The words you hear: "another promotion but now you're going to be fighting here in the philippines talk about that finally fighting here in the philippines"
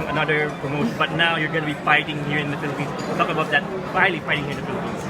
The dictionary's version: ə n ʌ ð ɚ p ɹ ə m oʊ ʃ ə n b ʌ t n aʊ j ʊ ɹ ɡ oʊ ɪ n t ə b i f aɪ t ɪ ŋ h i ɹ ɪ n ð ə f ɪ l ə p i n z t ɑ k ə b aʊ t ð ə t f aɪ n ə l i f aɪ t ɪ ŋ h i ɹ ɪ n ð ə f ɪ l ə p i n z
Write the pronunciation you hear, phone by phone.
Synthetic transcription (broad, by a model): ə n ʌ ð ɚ p ɹ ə m oʊ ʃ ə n b ʌ t n aʊ j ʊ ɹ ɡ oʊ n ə b i f aɪ t ɪ ŋ h i ɹ ɪ n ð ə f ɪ l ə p i n s t ɑ k ə b aʊ t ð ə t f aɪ ə l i f aɪ t ɪ ŋ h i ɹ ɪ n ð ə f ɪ l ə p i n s